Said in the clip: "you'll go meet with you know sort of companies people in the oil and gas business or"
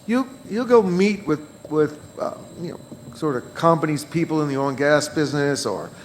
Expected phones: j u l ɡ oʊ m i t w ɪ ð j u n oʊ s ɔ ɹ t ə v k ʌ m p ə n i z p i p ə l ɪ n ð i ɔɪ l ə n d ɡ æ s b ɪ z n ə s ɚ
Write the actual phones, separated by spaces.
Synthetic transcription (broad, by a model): j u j ɡ oʊ m i t w ɪ ð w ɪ n oʊ s ɔ ɹ t ə v k ʌ m p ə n i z p i p l ɪ n ð i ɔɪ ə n ɡ æ s b ɪ z n ə s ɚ